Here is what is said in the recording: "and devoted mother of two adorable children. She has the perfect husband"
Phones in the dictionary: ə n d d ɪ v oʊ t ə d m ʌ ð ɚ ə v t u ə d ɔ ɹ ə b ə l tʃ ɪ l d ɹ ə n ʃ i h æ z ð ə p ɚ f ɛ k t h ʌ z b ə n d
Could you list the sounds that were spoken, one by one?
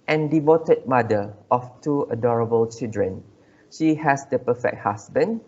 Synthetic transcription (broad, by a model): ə n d d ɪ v oʊ t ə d m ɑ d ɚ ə f t u ə d ɔ ɹ ə b ə l tʃ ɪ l d ɹ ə n ʃ i h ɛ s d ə p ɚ f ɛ k t h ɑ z b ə n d